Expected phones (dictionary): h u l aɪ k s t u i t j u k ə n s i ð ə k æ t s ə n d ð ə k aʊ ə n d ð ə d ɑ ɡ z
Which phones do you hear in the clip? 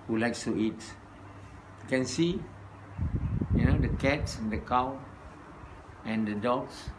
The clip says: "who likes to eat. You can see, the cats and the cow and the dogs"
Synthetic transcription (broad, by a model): h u l aɪ k s t u i t j u k ə n s i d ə k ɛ t s ə n d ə k aʊ ə n d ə d ɑ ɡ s